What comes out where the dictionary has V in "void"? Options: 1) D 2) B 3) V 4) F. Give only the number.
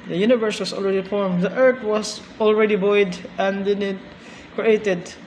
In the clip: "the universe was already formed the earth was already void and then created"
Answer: 2